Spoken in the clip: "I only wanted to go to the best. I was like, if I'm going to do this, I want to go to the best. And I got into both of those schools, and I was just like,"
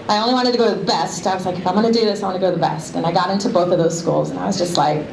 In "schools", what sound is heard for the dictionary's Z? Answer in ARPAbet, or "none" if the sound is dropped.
Z